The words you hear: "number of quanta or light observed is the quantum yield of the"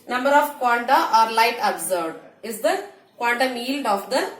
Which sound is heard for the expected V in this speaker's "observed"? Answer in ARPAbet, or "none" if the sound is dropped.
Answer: none